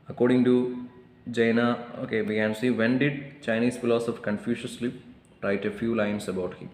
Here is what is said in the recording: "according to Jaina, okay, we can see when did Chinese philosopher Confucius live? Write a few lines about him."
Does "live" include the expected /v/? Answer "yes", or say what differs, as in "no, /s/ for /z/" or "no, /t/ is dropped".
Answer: no, /p/ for /v/